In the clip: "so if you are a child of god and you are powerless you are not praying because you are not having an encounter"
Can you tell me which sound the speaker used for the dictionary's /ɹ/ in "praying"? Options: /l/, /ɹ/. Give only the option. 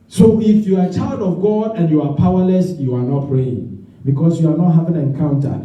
/ɹ/